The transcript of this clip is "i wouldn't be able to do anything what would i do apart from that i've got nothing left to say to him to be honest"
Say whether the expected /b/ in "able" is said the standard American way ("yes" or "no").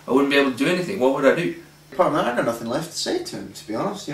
no